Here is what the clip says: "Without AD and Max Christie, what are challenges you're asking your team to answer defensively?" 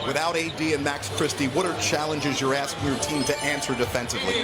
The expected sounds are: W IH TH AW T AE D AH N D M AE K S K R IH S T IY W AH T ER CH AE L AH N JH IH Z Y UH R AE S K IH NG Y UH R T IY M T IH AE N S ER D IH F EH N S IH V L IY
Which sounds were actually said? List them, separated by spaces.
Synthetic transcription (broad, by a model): W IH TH AW T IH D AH N M AE K S K R IH S T IY W AH T ER CH AE L AH N JH IH Z Y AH R AE S K IH NG Y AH R T IY M T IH AE N S ER D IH F EH N S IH V L IY